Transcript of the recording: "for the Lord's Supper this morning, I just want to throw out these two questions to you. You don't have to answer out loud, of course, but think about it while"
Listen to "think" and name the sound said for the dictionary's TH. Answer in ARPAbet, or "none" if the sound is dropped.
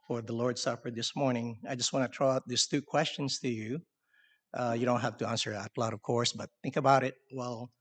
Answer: TH